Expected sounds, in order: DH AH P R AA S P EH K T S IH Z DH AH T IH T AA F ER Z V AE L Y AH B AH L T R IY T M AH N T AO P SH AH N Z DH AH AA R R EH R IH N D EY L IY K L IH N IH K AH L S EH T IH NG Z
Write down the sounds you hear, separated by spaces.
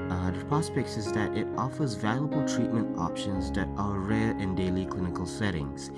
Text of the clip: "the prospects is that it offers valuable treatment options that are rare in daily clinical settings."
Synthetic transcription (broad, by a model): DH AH P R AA S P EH K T S IH Z DH AH T IH T AA F ER Z V AE L Y AH B AH L T R IY T M AH N T AO P SH AH N Z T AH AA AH R EH R IH N D EY L IY K L IH N IH K AH L S EH T IH NG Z